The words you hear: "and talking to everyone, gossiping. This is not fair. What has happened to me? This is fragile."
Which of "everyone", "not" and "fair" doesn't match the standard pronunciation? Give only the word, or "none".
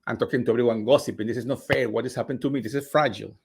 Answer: everyone